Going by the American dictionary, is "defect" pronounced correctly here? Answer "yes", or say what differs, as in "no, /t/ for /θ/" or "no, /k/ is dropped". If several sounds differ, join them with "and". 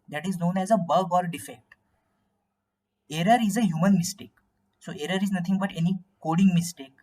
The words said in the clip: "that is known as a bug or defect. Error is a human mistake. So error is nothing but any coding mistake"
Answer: yes